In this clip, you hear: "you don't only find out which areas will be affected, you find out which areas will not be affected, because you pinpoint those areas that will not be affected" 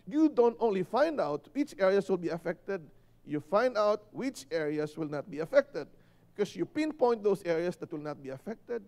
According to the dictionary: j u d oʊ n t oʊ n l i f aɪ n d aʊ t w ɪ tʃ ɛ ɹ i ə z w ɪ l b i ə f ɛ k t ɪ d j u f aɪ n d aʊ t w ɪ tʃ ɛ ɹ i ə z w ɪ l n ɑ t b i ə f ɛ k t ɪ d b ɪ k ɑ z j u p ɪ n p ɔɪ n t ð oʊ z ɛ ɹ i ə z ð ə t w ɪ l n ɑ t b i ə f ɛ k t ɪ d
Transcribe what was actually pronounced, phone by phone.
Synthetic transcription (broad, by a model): j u d oʊ n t oʊ n l i f aɪ n d aʊ t w ɪ tʃ ɛ ɹ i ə s w ɪ l b i ə f ɛ k t ɪ d j u f aɪ n d aʊ t w ɪ tʃ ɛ ɹ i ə s w ɪ l n ɑ t b i ə f ɛ k t ɪ d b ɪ k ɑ s j u p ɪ n p ɔɪ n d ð oʊ s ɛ ɹ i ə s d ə t w ɪ l n ɑ t b i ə f ɛ k t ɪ d